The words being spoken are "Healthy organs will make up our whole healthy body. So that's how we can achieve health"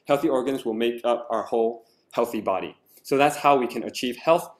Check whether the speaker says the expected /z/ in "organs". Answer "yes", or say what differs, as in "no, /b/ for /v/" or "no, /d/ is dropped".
yes